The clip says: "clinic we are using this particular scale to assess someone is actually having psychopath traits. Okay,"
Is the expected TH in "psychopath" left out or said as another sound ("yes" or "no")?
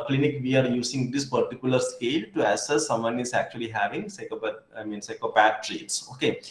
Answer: yes